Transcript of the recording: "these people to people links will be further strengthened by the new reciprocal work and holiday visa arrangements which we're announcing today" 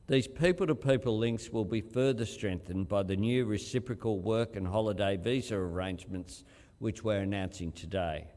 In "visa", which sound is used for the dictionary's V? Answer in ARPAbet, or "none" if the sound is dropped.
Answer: V